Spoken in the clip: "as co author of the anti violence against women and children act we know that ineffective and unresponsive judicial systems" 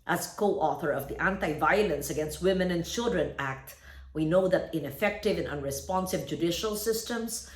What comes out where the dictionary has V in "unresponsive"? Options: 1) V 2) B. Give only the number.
2